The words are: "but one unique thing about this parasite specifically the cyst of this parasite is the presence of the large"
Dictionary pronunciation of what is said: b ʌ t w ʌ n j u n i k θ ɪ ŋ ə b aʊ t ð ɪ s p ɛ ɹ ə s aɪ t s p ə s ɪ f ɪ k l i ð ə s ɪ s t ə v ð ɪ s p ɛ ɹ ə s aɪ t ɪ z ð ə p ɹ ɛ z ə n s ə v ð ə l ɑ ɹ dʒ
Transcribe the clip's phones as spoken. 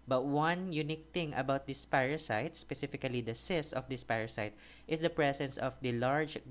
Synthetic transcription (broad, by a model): b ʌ t w ʌ n j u n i k t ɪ ŋ ə b aʊ t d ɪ s p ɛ ɹ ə s aɪ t s p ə s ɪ f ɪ k l i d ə s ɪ s ə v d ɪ s p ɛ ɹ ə s aɪ t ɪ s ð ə p ɹ ɛ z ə n s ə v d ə l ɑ ɹ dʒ